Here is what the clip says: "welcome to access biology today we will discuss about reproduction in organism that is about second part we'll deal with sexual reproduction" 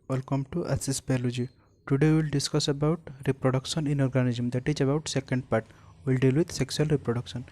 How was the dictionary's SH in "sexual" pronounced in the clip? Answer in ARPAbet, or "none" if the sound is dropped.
S